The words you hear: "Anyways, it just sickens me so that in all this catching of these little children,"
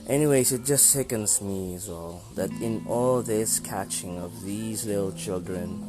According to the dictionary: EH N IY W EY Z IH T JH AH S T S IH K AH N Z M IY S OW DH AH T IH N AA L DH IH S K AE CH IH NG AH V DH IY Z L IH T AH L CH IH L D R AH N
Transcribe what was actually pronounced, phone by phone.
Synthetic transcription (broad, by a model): EH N IY W EY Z IH T JH AH S T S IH K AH N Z M IY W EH DH AH T IH N AA L DH IH S K AE CH IH NG AH V DH IY Z L IH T L CH IH L D R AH N